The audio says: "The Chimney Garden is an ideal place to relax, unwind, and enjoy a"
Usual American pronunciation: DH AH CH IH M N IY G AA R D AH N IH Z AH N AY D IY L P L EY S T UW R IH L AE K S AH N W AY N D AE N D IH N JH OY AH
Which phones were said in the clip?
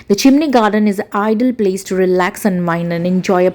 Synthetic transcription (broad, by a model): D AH CH IH M N IY G AA R D AH N IH Z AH AY D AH L P L EY S T UW R IH L AE K S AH N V AY N D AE N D IH N JH OY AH